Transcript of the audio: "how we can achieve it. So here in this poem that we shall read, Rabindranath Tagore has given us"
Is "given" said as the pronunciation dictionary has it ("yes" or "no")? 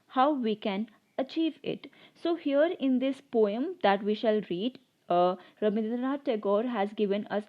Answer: yes